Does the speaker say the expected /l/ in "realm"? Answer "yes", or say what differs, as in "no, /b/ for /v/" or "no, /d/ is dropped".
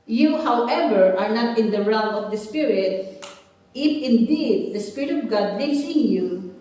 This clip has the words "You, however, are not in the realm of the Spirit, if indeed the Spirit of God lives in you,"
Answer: no, /l/ is dropped